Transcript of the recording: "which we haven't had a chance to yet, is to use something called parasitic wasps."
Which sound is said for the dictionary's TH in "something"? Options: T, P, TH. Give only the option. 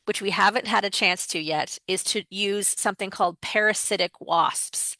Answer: TH